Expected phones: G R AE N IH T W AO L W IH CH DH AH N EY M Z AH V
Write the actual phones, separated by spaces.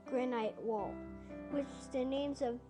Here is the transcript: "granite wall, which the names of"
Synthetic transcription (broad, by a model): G R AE N IH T W AO L W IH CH DH AH N EY M Z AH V